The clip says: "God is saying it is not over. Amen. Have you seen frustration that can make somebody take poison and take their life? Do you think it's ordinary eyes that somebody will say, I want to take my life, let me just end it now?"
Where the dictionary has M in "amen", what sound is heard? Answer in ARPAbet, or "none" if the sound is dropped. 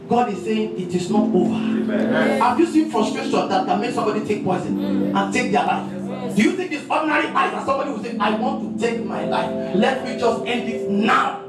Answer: none